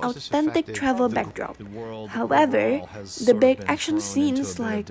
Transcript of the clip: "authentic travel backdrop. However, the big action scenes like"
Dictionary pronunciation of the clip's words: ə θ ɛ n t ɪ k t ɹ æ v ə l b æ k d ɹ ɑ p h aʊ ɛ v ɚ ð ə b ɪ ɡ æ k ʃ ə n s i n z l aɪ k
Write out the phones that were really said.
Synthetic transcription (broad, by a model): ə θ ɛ n t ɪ k t ɹ æ v ə l b æ k d ɹ ɑ p h aʊ ɛ v ɚ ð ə b ɪ ɡ æ k ʃ ə n s i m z l aɪ k